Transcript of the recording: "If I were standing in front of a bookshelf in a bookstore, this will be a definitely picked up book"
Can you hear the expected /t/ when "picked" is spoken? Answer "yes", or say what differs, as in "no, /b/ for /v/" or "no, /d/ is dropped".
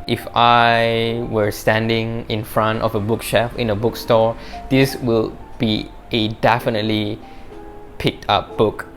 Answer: yes